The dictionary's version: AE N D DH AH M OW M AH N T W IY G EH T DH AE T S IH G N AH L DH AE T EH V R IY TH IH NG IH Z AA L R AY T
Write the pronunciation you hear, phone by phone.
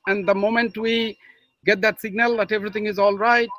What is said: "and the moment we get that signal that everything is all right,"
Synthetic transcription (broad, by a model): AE N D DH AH M OW M AH N T W IY G EH T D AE T S IH G N AH L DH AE T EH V R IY T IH NG IH Z AA L R AY T